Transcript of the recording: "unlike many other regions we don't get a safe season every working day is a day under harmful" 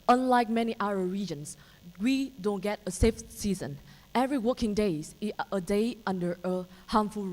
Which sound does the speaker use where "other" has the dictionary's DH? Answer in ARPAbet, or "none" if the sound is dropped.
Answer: none